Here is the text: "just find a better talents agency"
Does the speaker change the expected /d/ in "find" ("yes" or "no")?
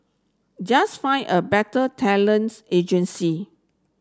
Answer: yes